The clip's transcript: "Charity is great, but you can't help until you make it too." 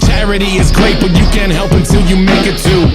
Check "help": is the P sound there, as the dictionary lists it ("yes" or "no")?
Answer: yes